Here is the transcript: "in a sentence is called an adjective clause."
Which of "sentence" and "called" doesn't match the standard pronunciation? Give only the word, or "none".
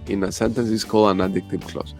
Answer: called